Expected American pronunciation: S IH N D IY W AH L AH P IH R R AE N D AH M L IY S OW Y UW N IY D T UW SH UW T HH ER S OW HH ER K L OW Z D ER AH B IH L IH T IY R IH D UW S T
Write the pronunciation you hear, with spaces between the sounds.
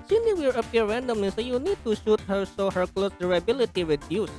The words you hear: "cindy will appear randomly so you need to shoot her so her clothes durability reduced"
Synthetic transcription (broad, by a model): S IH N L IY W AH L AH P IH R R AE N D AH M IY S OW Y UW N IY D T UW SH UW T HH ER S OW HH ER K L OW S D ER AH B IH L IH T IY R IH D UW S